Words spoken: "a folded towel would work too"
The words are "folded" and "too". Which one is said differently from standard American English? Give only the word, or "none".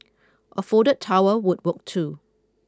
folded